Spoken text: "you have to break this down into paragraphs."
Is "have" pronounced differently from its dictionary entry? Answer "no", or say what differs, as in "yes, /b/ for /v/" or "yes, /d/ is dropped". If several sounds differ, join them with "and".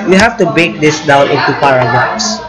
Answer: yes, /f/ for /v/